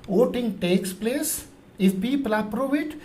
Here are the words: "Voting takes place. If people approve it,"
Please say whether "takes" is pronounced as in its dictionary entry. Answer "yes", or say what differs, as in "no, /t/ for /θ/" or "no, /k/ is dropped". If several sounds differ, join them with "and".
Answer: yes